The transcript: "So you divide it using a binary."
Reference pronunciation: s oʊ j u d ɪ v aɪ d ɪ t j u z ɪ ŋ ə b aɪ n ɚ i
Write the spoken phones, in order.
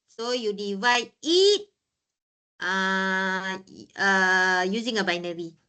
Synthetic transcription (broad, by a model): s oʊ j u d ɪ v aɪ d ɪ t j u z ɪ ŋ ə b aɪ n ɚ i